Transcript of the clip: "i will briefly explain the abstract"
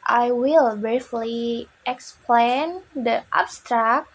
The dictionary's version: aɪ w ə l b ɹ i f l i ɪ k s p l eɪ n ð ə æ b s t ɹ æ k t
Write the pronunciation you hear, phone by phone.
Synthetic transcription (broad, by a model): aɪ w ə l b ɹ i f l i ɪ k s p l eɪ n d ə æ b s t ɹ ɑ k